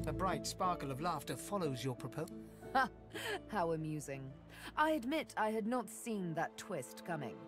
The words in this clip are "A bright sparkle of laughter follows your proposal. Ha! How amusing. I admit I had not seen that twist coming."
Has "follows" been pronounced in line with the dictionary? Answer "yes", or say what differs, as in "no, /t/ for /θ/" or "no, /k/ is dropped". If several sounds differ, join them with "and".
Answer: yes